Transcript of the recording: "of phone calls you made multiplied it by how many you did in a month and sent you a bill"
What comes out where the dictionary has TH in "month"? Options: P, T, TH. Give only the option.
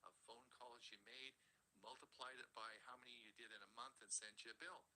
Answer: TH